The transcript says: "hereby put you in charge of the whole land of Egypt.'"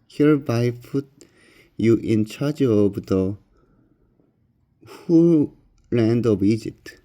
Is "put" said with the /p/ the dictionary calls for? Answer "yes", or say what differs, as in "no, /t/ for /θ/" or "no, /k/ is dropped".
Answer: no, /f/ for /p/